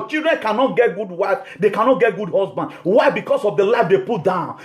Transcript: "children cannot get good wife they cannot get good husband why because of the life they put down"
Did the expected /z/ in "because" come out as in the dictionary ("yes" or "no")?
no